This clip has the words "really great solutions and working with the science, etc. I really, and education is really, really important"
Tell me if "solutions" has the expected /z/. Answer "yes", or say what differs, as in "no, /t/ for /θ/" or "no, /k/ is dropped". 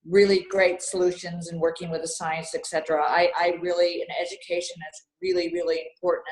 yes